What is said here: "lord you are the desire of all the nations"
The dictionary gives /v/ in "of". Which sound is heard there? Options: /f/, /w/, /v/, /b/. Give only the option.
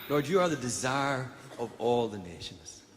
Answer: /v/